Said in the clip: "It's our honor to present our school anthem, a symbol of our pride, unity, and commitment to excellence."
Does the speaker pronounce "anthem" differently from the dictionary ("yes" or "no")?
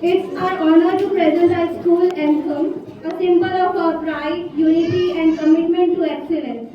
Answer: yes